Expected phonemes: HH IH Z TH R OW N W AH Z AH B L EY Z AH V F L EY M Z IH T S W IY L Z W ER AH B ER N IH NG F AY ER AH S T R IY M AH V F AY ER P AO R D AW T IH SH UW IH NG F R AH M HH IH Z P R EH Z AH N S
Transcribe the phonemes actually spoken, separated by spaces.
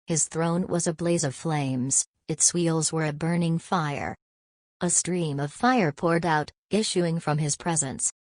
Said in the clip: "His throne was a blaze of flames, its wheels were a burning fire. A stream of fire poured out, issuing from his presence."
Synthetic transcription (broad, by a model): HH IH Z TH R OW N W AH Z AH B L EY Z AH V F L EY M Z IH T S W IY L Z W ER AH B ER N IH NG F AY ER AH S T R IY M AH V F AY ER P AO R D AW T IH SH UW IH NG F R AH M IH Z P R EH Z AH N S